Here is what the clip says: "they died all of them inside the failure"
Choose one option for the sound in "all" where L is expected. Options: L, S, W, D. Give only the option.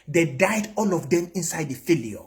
L